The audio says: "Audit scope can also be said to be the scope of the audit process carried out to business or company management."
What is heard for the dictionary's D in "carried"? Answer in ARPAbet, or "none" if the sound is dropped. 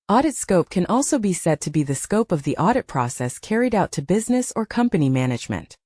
D